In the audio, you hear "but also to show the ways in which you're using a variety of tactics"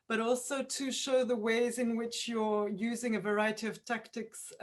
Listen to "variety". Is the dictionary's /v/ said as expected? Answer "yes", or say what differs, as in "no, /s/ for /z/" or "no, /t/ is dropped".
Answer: yes